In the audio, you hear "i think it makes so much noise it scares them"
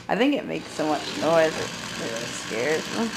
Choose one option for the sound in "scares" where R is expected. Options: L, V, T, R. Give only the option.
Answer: R